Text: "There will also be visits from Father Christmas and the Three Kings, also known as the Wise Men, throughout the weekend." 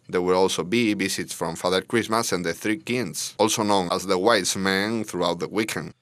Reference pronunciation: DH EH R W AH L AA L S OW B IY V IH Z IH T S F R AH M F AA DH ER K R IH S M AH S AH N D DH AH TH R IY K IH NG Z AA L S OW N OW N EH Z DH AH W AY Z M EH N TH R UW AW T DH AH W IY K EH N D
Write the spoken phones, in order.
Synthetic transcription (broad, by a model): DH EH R W AH L AA L S OW B IY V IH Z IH T S F R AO M F AA DH ER K R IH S M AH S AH N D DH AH TH R IY K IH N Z AA L S OW N OW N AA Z DH AH W AY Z M EH N TH R UW AW T DH AH W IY K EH N